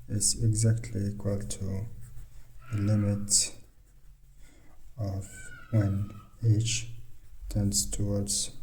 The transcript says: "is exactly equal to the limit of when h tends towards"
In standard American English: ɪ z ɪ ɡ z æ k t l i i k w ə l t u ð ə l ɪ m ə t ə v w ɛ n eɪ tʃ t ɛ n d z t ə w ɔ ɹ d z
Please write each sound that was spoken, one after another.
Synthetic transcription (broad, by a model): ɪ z ɪ ɡ z æ k t l i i k w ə l t u ð ə l ɪ m ə t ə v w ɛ n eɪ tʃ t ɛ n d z t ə w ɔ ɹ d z